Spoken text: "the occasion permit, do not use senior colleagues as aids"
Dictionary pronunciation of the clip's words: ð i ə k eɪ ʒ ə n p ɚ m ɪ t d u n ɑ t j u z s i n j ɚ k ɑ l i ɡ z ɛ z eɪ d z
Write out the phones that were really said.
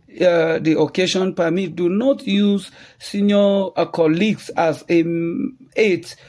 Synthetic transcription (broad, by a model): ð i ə k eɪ ʃ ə n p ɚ m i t d u n ɑ t j u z s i n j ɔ k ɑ l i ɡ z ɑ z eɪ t